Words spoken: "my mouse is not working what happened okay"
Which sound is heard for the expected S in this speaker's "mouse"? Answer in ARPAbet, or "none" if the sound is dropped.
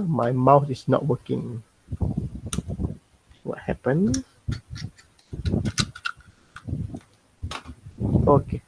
TH